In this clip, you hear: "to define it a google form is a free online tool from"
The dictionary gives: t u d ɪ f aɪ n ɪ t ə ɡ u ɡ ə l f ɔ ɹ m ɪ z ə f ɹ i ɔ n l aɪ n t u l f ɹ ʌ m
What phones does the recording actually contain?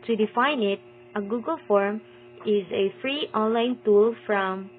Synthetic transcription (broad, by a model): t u d ɪ f aɪ n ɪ t ə ɡ u ɡ ə l f ɔ ɹ m ɪ z ə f ɹ i ɔ n l aɪ n t u l f ɹ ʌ m